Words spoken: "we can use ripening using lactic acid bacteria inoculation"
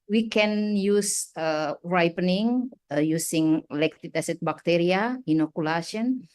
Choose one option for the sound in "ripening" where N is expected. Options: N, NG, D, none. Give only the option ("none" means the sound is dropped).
N